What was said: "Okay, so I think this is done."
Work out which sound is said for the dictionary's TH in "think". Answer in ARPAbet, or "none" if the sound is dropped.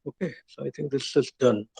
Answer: T